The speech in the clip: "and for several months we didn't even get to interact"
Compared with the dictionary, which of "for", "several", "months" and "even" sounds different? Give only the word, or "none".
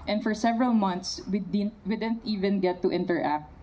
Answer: months